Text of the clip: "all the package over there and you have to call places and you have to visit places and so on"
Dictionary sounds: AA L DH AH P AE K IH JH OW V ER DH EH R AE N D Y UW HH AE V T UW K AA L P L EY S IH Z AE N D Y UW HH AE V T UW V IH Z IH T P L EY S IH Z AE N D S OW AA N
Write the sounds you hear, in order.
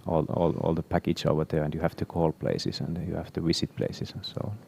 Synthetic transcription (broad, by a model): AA L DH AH P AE K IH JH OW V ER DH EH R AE N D Y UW HH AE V T UW K AA L P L EY S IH S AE N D Y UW HH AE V T UW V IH S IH T P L EY S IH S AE N S OW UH